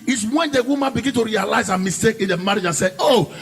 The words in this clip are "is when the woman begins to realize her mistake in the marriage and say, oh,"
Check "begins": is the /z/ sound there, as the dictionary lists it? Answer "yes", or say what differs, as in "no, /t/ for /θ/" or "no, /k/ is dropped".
no, /z/ is dropped